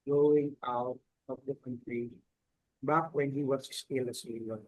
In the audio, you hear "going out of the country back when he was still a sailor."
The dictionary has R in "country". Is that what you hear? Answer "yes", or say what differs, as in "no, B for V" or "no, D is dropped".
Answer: yes